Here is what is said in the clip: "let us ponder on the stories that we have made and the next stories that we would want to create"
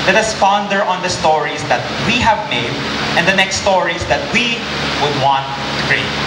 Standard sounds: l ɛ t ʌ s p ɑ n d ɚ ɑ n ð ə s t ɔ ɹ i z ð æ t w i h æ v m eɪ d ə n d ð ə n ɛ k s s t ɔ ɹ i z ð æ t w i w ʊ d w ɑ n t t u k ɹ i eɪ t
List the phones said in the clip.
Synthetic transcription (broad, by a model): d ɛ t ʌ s f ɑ n d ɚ ɑ n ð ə s t ɔ ɹ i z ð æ t w i h æ v m eɪ d ə n d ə n ɛ k s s t ɔ ɹ i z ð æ t w i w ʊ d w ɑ n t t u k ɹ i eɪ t